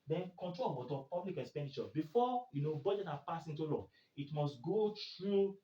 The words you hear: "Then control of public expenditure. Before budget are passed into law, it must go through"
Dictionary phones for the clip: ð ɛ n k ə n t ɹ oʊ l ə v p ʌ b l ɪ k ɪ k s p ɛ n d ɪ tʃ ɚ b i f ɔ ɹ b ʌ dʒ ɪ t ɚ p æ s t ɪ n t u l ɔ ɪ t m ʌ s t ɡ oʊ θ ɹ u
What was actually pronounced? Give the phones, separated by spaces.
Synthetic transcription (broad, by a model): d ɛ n k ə n t ɹ oʊ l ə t p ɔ b l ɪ k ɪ k s p ɛ n d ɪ tʃ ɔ b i f ɔ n b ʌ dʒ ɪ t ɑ p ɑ s ɪ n t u l ɔ ɪ t m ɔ s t ɡ oʊ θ ɹ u